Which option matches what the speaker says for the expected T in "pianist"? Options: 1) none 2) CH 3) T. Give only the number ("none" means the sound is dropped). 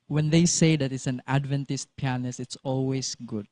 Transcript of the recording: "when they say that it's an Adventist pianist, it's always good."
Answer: 1